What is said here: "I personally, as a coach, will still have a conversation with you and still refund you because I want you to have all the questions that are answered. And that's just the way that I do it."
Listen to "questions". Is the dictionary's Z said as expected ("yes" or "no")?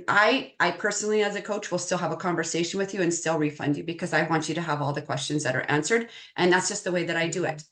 yes